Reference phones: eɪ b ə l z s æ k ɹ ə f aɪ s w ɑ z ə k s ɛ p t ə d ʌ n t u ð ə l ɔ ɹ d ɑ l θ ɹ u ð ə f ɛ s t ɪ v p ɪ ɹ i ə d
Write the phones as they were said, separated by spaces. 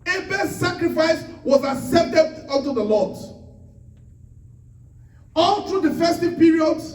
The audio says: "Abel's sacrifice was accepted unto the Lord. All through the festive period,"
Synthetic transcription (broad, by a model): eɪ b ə s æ k ɹ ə f aɪ s w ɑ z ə s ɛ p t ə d ʌ n t u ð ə l ɔ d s ɑ l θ ɹ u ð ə f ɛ s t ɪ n p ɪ ɹ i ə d